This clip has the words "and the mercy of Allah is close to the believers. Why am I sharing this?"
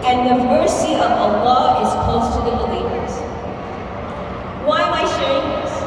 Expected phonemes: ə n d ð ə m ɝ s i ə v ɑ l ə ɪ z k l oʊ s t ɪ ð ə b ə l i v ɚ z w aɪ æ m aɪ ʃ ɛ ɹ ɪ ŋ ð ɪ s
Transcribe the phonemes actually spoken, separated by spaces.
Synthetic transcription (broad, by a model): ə n ð ə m ɝ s i ə v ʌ l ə ɪ z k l oʊ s t ɪ ð ə b ə l i v ɚ z w aɪ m aɪ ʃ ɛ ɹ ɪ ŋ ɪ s